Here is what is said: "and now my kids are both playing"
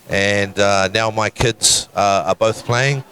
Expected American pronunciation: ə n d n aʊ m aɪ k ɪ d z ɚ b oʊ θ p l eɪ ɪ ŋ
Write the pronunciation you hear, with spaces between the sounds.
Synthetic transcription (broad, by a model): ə n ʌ n aʊ m aɪ k ɪ d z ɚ b oʊ θ p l eɪ ɪ ŋ